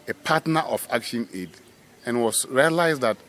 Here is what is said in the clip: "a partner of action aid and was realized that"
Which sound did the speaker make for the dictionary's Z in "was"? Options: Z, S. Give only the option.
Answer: S